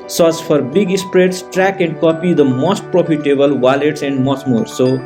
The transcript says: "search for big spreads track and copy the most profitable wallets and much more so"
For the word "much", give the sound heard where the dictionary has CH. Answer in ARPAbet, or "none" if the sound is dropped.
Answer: S